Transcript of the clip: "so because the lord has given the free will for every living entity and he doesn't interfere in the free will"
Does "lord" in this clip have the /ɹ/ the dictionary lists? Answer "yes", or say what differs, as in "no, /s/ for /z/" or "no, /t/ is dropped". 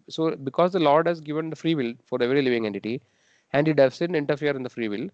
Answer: yes